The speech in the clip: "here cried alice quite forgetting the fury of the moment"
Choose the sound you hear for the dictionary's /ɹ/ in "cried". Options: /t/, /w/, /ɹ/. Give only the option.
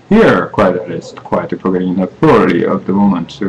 /w/